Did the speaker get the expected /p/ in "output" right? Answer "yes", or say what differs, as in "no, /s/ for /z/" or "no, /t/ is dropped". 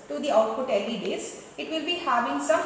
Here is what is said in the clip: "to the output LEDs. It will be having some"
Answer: no, /f/ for /p/